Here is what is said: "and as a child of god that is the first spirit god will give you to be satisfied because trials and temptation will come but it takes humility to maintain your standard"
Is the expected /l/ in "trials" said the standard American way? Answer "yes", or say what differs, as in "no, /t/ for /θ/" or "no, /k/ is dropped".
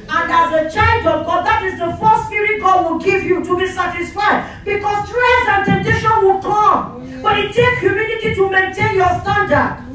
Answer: no, /l/ is dropped